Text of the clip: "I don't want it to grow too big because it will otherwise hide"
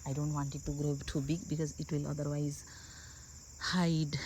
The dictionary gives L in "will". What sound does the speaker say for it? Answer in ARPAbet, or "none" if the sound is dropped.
L